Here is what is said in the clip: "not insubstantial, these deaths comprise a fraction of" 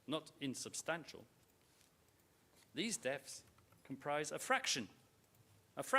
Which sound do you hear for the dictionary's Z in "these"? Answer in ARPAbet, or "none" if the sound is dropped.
Z